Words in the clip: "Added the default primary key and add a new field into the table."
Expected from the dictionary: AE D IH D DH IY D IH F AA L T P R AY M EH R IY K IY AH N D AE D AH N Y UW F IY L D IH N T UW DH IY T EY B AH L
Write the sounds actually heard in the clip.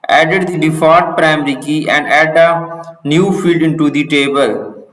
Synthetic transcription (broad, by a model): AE D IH D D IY D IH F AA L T P R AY M R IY K IY AH N D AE D AH N Y UW F IY L D IH N T UW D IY T EY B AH L